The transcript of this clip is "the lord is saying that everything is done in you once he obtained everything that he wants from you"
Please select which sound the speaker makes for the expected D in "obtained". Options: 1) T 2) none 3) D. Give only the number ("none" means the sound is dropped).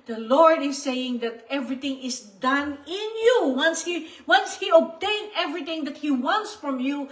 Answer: 2